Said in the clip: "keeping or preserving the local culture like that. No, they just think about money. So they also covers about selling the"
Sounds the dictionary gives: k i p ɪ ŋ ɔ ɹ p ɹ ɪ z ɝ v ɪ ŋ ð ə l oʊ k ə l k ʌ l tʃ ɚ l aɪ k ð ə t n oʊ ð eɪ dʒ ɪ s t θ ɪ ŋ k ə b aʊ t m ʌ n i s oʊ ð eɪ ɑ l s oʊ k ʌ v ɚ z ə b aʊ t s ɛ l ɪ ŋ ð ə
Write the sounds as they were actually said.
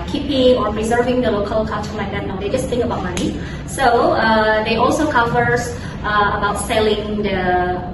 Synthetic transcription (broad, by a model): k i p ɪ ŋ ɔ ɹ p ɹ ɪ z ɝ v ɪ ŋ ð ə l oʊ k ə l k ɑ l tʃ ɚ l aɪ k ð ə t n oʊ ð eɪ dʒ ɪ s t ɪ ŋ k ə b aʊ t m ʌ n i s oʊ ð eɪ ɑ l s oʊ k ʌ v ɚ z ə b aʊ t s ɛ l ɪ ŋ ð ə